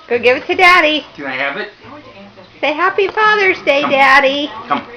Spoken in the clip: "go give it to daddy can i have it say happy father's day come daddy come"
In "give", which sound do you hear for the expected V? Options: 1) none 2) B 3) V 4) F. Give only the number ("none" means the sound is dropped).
3